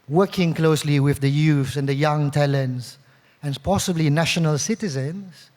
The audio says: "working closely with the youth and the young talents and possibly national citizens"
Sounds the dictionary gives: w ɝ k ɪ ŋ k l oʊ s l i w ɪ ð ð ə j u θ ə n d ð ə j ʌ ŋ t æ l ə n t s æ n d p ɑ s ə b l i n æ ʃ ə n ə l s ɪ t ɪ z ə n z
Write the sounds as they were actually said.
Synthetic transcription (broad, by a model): w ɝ k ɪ ŋ k l oʊ s l i w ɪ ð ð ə j u s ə n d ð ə j ʌ ŋ t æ l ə n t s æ n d p ɑ s ə b l i n æ ʃ ə n ə l s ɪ t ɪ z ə n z